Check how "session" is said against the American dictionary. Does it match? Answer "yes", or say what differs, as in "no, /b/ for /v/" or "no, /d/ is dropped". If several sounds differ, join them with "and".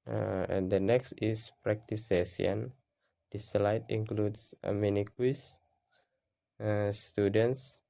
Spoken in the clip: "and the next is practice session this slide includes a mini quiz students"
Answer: no, /ʃ/ is dropped